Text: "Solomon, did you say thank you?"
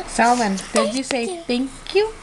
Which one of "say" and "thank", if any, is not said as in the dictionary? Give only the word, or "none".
thank